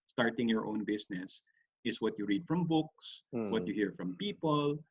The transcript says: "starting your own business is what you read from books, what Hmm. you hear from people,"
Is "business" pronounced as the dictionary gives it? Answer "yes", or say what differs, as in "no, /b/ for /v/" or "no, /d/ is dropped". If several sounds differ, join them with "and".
no, /s/ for /z/